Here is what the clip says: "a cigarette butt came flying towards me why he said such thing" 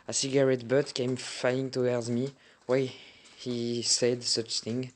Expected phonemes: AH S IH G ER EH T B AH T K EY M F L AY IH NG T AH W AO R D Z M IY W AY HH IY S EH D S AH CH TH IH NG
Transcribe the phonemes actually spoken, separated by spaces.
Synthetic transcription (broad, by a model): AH S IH G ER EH T B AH T K EY M F AY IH NG T AH W AO R D Z M IY W AY HH IY S EH D S AH CH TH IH NG